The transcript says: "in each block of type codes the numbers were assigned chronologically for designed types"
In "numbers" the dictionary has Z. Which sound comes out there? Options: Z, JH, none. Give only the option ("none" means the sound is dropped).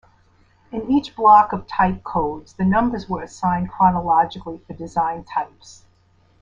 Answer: Z